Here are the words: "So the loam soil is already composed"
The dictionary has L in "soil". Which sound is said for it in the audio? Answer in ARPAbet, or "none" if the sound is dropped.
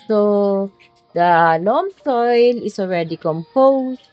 L